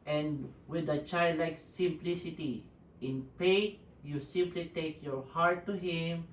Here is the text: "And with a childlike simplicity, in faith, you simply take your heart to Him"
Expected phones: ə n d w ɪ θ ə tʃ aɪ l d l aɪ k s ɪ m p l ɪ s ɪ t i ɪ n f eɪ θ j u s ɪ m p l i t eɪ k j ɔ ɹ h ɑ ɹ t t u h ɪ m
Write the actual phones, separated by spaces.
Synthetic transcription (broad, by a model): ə n d w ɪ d ə tʃ aɪ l d l aɪ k s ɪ m p l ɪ s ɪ t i ɪ n p eɪ t j u s ɪ m p l i t eɪ k j ɔ ɹ h ɑ ɹ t t u h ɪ m